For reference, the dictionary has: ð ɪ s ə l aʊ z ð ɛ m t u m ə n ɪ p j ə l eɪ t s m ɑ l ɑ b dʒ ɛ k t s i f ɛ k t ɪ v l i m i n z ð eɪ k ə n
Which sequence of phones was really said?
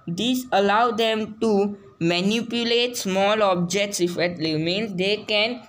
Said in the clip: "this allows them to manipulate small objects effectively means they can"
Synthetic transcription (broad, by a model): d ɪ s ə l aʊ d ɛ m t u m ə n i p j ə l eɪ t s m ɑ l ɑ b dʒ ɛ k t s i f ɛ t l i m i n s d eɪ k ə n